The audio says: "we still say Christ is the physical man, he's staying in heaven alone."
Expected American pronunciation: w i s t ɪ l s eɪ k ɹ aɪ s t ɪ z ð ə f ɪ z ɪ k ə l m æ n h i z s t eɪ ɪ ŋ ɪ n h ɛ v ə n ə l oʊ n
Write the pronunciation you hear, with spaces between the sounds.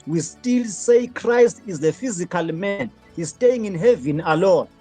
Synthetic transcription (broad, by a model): w i s t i l s eɪ k ɹ aɪ s t ɪ z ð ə f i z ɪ k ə l m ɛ n h i z s t eɪ ɪ ŋ ɪ n h ɛ v ə n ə l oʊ n